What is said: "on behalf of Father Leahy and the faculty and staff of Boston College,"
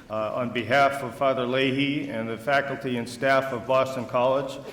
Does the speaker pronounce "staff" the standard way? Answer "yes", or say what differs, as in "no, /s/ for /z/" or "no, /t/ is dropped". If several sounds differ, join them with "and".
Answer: yes